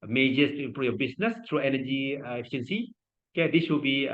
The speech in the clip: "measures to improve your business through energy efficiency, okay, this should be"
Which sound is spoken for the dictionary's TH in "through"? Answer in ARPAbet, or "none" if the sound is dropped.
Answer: T